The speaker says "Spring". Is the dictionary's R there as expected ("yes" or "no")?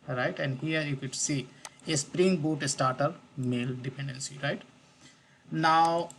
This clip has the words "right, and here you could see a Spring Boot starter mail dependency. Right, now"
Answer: yes